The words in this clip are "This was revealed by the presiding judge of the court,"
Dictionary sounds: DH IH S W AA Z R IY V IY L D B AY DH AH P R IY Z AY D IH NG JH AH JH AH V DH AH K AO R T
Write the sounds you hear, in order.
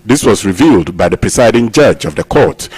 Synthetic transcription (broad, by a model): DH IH S W AA Z R IY V IY L D B AY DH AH P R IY S AY D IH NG JH AH JH AH V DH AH K AO R T